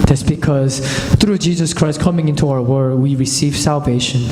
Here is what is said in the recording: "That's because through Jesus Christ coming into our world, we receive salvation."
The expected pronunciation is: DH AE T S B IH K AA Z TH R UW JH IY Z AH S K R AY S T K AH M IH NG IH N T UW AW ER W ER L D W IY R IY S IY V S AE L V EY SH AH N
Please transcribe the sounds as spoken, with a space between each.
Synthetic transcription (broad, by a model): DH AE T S B IH K AA Z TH R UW JH IY Z AH S K R AY S T K AH M IH NG IH N T UW AW ER W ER D W IY R IY S IY V S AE L V EY SH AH N